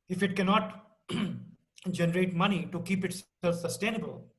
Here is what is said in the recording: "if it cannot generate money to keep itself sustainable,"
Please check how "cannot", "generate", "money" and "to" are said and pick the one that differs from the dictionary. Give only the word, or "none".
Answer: none